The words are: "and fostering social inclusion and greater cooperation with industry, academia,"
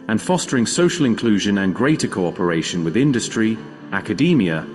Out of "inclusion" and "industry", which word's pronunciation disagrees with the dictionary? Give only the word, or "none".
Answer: none